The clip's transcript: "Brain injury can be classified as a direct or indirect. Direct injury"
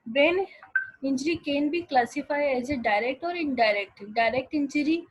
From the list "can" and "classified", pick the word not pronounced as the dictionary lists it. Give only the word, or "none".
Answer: classified